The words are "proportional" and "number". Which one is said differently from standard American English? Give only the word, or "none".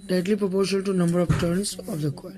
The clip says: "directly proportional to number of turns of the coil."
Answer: proportional